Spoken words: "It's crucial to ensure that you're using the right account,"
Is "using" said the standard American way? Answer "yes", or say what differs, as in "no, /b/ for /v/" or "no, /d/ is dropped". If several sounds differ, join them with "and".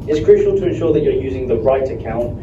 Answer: yes